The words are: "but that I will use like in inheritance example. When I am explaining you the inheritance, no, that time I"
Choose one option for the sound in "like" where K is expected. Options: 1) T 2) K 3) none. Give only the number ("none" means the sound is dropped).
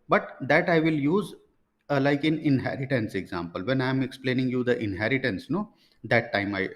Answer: 2